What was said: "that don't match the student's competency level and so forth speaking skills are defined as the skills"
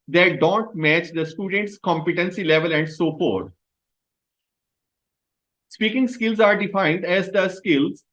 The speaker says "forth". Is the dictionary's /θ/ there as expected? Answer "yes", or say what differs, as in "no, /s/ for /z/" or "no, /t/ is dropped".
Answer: no, /t/ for /θ/